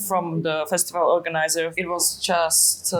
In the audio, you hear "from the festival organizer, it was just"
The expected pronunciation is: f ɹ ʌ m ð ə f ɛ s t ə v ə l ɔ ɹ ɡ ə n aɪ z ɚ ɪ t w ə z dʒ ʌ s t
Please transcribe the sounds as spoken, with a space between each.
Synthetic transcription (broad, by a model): f ɹ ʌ m ð ə f ɛ s t ə v ə l ɔ ɹ ɡ ə n aɪ z ɚ ɪ t w ə z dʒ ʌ s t